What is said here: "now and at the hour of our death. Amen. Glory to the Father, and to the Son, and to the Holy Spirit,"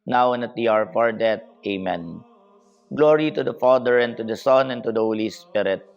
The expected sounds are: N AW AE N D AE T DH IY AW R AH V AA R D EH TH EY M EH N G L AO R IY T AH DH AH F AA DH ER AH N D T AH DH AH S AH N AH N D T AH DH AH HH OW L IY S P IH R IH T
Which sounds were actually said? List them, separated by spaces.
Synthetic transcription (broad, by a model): N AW N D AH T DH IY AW R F AA R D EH T EY M EH N G L AO R IY T AH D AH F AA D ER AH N T AH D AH S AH N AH N T AH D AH HH OW L IY S P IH R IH T